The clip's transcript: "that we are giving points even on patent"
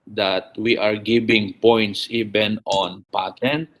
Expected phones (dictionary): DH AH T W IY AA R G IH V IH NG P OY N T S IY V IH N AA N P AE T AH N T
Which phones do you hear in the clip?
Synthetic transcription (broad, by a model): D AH T W IY AA R G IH B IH NG P OY N T S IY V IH N AA N P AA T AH N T